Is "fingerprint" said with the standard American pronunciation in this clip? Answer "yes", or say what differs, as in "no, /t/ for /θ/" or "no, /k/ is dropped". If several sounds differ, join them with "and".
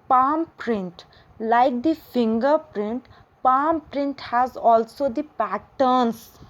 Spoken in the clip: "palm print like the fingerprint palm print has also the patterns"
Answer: yes